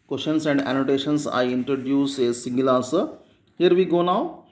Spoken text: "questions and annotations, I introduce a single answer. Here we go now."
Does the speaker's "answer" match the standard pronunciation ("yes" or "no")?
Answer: no